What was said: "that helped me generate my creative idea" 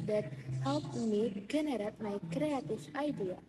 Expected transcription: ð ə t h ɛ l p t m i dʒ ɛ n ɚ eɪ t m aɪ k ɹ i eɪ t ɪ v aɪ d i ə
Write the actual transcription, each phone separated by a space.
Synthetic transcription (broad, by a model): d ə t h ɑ p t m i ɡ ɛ n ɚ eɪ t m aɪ k ɹ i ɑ t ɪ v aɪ d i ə